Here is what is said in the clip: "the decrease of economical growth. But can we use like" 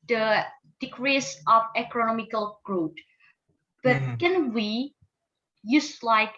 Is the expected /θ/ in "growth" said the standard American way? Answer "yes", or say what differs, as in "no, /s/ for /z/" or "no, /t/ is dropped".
no, /t/ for /θ/